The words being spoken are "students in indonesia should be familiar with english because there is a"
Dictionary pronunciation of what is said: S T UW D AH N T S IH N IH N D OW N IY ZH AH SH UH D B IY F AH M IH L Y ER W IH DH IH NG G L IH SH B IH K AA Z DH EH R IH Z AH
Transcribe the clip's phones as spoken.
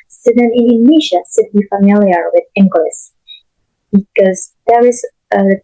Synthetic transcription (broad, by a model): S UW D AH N IH N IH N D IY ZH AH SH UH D B IY F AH M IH L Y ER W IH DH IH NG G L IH S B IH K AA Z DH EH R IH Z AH